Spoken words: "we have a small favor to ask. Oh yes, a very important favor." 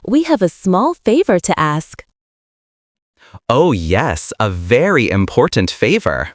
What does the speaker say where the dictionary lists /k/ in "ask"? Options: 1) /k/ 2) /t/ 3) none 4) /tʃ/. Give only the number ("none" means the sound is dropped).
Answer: 1